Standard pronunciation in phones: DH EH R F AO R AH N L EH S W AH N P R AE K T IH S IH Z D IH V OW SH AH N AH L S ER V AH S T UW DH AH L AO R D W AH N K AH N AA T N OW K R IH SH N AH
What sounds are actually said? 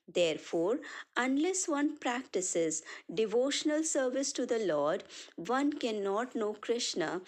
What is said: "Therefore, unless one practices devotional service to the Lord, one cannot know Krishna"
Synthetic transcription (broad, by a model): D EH R F AO R AH N L EH S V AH N P R AE K T IH S IH Z D IH V OW SH AH N AH L S ER V AH S T UW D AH L AO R D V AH N K AH N AA T N OW K R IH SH N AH